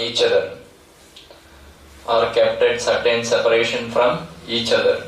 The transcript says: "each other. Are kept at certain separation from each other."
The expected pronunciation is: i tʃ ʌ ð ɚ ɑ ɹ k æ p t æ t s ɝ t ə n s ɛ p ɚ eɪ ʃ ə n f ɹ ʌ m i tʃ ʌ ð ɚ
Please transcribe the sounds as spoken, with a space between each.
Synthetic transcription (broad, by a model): i tʃ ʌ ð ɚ ɑ ɹ k æ p t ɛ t s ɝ t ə n s ɛ p ɚ eɪ ʃ ə n f ɹ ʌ m i tʃ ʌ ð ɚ